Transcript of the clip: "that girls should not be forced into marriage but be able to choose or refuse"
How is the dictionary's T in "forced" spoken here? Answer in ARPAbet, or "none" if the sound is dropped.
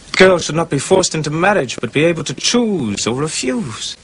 T